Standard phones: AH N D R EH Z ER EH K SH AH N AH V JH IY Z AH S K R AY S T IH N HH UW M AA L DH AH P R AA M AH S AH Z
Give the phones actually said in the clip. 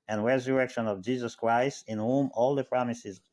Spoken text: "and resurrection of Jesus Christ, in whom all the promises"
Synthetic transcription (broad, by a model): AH N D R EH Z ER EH K SH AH N AH V JH IY Z AH S K R AY S T IH N HH UW M AA L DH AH P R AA M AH S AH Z